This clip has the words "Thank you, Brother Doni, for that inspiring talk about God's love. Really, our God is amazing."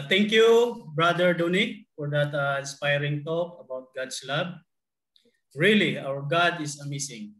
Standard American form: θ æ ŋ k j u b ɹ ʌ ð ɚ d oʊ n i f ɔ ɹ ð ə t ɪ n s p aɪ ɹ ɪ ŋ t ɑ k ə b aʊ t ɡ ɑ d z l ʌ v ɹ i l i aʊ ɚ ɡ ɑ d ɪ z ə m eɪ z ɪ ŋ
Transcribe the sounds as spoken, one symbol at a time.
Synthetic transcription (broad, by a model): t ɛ ŋ k j u b ɹ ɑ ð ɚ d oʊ n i f ɔ ɹ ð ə t ɪ n s p aɪ ɹ ɪ ŋ t ɑ k ə b aʊ t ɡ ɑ d s l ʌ b ɹ i l i aʊ ɚ ɡ ɑ d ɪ s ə m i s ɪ ŋ